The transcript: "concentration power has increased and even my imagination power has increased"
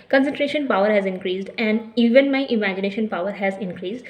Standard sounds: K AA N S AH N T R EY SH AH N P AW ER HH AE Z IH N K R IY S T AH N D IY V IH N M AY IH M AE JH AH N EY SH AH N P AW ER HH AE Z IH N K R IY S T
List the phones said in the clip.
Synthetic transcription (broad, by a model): K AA N S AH N T R EY SH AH N P AW ER HH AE Z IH N K R IY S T AH N D IY V IH N M AY IH M AE JH AH N EY SH AH N P AW ER HH AE Z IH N K R IY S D